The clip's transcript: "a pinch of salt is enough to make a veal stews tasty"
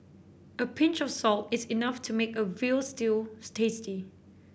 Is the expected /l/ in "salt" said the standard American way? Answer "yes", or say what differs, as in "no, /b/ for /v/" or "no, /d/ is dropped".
yes